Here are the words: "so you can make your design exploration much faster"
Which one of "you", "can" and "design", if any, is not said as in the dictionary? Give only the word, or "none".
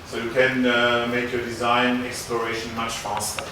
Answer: none